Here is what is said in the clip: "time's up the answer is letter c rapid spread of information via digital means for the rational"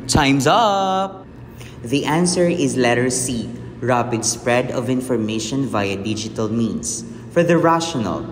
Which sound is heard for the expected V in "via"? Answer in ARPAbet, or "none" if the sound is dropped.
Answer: V